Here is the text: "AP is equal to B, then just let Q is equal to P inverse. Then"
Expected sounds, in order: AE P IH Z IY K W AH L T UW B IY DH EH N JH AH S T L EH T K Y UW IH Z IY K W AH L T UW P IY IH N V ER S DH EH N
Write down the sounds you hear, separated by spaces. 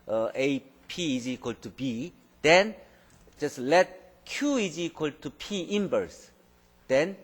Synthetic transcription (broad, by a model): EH P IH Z IY K W AH L T UW B IY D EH N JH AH S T L EH T K Y UW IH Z IY K W AH L T UW P IY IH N B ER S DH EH N